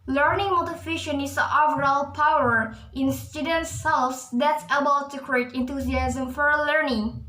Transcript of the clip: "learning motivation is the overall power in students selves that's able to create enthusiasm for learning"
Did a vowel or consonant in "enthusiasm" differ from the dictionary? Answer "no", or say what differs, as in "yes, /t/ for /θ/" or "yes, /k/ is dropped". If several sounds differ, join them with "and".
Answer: yes, /t/ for /θ/